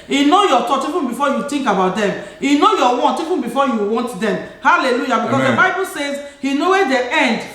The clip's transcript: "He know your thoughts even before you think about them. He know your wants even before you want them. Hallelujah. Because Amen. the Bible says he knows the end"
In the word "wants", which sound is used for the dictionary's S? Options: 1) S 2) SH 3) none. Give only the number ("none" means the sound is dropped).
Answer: 3